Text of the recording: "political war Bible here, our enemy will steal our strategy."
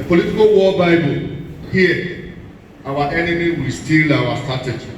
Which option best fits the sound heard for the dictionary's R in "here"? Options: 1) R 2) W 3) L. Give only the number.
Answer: 2